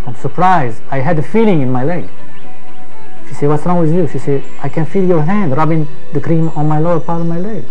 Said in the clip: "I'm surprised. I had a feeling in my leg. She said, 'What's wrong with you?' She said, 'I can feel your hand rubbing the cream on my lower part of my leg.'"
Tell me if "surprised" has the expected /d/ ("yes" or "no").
no